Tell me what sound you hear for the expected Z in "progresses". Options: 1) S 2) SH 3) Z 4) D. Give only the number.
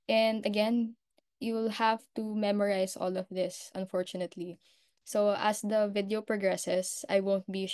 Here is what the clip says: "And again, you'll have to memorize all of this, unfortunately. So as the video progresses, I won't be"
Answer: 1